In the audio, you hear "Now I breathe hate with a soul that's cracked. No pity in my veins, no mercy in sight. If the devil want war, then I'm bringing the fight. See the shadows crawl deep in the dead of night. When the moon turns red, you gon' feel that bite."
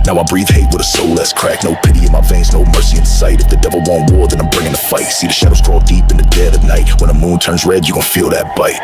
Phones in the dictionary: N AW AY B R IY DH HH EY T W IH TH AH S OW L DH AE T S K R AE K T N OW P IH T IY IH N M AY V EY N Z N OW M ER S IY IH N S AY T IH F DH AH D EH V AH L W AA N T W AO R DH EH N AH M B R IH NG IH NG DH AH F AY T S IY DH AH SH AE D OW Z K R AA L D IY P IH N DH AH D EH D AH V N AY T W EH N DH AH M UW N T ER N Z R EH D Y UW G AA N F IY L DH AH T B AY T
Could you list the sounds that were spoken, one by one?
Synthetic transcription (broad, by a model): N AW AY B R IY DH HH EY T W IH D AH S OW L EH S K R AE K N OW P IH T IY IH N M AY F EY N S N OW M ER S IY IH N S AY T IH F DH AH D EH V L W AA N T W AO R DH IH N AH M B R IH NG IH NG DH AH F AY T S IY DH AH SH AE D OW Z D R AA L D IY P IH N DH AH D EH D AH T N AY T W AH N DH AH M UW N T ER N Z R EH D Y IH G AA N F IY L DH AH T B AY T